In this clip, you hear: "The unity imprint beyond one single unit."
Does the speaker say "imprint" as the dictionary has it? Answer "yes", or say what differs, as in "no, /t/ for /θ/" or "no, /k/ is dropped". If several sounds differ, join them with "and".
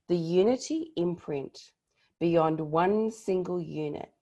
yes